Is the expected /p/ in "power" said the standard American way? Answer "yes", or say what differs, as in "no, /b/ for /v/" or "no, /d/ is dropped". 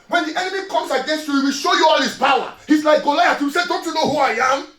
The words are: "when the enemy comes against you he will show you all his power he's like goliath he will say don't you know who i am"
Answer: no, /b/ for /p/